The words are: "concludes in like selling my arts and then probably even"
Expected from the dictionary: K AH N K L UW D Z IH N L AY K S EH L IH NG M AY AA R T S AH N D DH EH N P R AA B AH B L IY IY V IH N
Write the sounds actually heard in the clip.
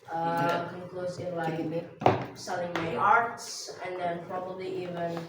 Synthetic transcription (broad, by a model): K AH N K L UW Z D IH N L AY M S EH L IH NG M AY AA R T S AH N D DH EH N P R AA B AH B L IY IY V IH N